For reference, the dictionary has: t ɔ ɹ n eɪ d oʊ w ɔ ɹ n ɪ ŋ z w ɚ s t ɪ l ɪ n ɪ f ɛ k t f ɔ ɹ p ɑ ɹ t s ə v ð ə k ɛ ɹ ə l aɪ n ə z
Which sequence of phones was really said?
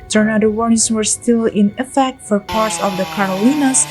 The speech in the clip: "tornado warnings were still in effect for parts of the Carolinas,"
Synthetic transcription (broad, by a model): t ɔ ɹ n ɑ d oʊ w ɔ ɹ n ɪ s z w ɚ s t ɪ l ɪ n ɪ f ɛ k t f ɔ ɹ p ɑ ɹ t s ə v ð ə k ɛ ɹ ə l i n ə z